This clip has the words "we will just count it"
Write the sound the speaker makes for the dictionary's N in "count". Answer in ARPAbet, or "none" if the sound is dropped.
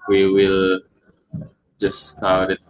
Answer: none